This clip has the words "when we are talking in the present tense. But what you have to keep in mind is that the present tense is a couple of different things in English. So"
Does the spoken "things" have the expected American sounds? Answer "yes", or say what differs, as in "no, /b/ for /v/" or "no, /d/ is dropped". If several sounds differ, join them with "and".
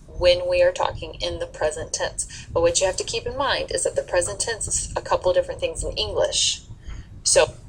yes